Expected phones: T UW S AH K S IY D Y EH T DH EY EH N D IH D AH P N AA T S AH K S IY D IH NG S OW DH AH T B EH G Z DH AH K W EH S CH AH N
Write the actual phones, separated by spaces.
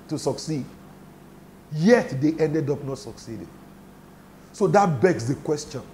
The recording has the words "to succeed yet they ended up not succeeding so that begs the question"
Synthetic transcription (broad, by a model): T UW S AH K S IY D Y EH T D EY EH N D IH D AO P N AA T S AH K S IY D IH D S OW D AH T B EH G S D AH K W EH S CH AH N